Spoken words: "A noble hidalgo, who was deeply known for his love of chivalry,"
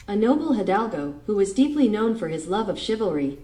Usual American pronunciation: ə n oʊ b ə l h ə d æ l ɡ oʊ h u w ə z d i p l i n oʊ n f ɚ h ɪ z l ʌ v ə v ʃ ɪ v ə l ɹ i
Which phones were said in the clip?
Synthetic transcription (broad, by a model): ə n oʊ b l h ə d æ l ɡ oʊ h u w ə z d i p l i n oʊ n f ɚ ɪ z l ʌ v ə v ʃ ɪ v l ɹ i